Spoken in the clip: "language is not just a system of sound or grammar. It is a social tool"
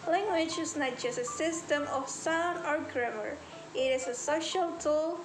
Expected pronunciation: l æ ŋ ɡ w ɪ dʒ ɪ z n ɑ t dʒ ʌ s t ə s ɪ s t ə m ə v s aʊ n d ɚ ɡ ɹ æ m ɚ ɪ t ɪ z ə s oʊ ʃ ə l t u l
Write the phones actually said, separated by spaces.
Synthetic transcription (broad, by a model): l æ ŋ ɡ w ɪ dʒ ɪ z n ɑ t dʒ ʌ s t ə s ɪ s t ə m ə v s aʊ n ɚ ɡ ɹ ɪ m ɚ ɪ t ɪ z ə s oʊ ʃ ə l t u l